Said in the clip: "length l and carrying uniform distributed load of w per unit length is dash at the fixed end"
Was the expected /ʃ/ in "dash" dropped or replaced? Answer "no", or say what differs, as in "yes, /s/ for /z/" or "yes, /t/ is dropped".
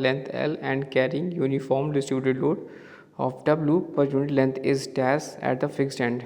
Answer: yes, /s/ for /ʃ/